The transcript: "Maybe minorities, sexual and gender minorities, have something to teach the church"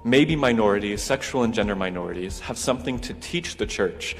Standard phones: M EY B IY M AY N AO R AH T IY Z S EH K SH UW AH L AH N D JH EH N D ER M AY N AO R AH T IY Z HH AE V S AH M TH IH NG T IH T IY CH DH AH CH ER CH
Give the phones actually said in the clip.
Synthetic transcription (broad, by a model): M EY B IY M AY N AO R AH T IY Z S EH K SH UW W L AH N JH EH N D ER M AY N AO R AH T IY Z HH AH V S AH M TH IH NG T IH T IY CH DH AH CH ER CH